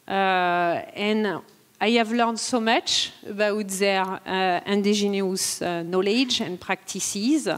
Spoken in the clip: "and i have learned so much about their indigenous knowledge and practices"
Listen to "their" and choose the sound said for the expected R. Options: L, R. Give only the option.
R